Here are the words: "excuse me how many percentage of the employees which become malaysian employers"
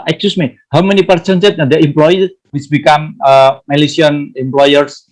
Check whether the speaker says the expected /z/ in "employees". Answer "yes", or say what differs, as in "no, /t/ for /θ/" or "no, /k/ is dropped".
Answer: no, /z/ is dropped